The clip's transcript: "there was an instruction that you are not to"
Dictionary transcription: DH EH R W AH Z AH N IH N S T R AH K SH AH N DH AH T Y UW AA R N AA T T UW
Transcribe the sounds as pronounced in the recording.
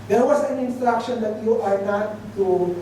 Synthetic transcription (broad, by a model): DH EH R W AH S AH N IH N S T R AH K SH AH N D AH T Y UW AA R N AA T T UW